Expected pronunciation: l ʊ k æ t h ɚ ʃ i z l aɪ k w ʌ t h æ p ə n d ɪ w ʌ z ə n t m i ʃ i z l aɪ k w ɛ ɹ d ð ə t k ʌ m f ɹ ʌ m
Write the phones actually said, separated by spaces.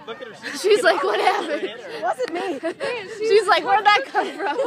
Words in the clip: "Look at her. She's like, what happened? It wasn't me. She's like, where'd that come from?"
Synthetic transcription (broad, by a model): ʃ i z l aɪ k w ʌ t h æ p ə n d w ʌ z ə t m i ʃ i z l aɪ k w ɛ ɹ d ð ə t k ʌ m f ɹ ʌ m